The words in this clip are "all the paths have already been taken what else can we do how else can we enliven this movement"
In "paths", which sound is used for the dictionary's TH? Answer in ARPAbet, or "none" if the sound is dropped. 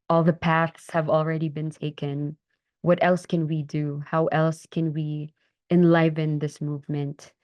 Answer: TH